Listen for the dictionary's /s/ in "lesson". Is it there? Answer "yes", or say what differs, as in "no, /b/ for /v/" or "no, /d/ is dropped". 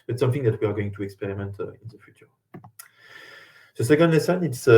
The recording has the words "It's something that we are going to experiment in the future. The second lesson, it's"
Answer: yes